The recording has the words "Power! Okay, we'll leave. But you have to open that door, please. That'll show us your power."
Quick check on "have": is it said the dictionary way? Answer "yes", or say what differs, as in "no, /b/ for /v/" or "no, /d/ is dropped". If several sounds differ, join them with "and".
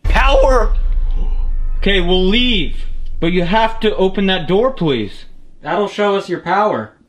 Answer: no, /f/ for /v/